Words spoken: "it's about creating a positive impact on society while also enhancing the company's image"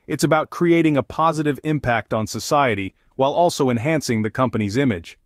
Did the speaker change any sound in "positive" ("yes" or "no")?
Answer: no